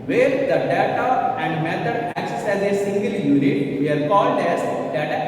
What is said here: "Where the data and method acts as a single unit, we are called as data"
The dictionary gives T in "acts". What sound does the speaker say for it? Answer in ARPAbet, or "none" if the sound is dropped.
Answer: S